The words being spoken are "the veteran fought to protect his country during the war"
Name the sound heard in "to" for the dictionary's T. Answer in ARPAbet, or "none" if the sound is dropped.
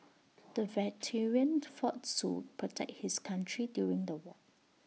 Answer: S